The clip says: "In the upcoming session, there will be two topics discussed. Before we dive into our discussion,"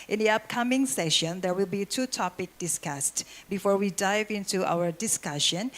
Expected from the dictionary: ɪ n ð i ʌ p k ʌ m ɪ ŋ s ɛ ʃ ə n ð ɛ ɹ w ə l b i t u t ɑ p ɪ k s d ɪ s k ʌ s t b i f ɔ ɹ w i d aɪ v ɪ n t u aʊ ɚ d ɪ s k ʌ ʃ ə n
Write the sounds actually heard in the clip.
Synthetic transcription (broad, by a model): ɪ n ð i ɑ p k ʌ m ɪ ŋ s ɛ ʃ ə n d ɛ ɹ w ə l b i t u t ɑ p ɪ k d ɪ s k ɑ s t b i f ɔ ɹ w i d aɪ v ɪ n t u aʊ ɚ d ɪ s k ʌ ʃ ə n